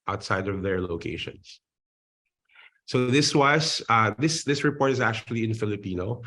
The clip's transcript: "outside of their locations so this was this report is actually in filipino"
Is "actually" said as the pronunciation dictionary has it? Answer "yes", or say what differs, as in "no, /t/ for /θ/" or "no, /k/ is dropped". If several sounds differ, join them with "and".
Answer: yes